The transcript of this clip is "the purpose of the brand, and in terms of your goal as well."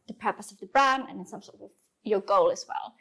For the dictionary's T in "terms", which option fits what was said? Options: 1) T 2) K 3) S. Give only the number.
3